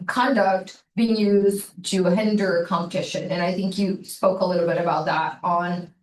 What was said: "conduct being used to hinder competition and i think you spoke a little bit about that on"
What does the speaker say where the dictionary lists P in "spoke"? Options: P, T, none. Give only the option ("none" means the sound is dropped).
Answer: P